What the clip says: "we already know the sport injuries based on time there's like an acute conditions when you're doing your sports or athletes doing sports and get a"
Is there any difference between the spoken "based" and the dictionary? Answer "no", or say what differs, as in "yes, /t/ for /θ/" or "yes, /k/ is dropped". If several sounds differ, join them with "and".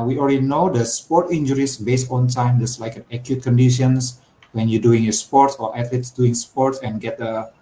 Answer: no